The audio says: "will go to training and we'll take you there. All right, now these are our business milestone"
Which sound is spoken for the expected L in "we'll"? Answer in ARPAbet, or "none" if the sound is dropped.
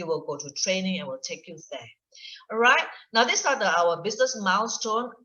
L